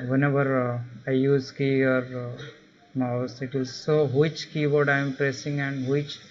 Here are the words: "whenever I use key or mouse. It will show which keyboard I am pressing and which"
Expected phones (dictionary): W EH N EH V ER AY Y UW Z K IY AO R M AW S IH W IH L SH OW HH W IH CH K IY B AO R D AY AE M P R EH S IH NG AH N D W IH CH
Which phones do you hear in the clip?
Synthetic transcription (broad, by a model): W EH N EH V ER AY Y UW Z K IY AO R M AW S IH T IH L S OW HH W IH CH K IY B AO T AY M P R EH S IH NG AH N D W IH CH